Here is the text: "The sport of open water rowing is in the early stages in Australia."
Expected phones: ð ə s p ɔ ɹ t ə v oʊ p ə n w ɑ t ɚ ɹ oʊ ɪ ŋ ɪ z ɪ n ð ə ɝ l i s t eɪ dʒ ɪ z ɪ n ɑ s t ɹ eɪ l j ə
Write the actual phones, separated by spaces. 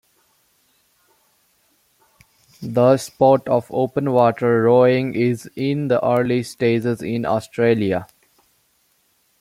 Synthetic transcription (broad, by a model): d ə s p ɔ t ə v oʊ p ə n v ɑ t ɚ ɹ oʊ ɪ ŋ ɪ z ɪ n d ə ɝ l i s t eɪ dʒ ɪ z ɪ n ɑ s t ɹ eɪ l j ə